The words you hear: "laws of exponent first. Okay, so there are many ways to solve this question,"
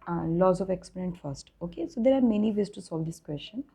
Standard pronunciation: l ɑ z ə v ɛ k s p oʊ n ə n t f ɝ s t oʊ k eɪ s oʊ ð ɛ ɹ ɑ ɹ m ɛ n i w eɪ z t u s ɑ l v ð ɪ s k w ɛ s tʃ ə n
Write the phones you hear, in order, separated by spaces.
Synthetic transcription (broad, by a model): l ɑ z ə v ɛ k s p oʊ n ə n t f ɝ s t oʊ k eɪ s oʊ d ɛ ɹ ɑ ɹ m ɛ n i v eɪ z t u s ɑ l v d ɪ s k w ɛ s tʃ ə n